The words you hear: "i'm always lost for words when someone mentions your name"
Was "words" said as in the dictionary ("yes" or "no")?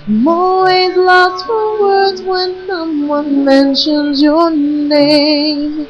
yes